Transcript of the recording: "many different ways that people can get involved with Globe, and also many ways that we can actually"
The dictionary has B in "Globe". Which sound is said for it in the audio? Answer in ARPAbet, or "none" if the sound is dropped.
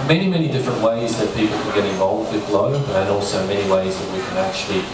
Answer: none